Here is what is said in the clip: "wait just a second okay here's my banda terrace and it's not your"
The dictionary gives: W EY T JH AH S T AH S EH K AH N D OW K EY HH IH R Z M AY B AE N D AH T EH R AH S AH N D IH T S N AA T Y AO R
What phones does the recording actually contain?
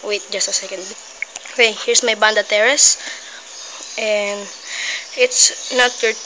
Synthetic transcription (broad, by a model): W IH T JH AH S T AH S EH K AH N D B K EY HH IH R S M AY B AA N D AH T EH R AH S AH N D IH T S N AA T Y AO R